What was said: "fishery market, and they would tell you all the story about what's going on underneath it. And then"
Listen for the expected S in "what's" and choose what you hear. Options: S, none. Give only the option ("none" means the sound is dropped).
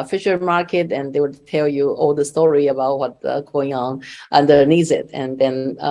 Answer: none